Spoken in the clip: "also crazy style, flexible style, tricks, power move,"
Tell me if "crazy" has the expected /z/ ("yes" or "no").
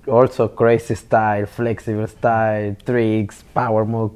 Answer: no